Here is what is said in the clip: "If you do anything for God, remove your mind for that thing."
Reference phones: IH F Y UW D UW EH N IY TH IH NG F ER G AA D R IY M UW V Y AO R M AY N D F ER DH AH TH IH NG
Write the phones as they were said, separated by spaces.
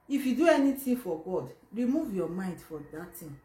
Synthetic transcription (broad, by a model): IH F Y UW D UW EH N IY T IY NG F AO G AA D R IY M UW V Y AO M AY N D F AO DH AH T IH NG